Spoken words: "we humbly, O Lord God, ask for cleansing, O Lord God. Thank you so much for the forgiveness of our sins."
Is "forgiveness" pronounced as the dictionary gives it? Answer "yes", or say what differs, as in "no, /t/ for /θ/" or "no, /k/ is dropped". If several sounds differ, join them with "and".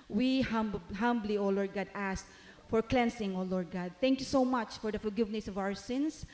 no, /l/ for /ɹ/